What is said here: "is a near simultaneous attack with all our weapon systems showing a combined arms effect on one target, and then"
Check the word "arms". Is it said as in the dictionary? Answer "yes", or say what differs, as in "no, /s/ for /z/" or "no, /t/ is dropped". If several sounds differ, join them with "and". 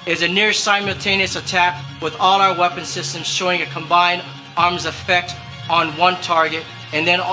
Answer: yes